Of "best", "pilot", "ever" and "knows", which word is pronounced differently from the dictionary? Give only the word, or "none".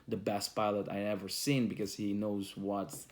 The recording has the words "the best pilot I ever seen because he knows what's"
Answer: none